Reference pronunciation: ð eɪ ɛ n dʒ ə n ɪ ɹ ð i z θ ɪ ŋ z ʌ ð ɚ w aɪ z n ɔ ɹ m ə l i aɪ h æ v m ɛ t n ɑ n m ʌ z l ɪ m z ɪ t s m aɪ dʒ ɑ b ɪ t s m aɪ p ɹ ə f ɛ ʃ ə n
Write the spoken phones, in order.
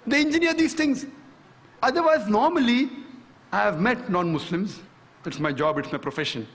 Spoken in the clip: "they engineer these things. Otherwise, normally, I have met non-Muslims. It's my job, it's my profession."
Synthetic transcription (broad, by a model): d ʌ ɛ n dʒ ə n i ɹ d i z t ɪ ŋ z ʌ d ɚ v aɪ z n ɔ ɹ m ə l i aɪ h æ v m ɛ t n ɑ n m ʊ s l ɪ m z ɪ t s m aɪ dʒ ɑ b ɪ t s m aɪ p ɹ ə f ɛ ʃ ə n